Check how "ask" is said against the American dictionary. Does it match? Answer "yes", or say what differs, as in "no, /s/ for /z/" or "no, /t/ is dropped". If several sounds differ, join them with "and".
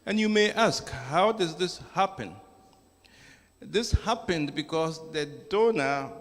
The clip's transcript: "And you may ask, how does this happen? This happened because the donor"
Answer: yes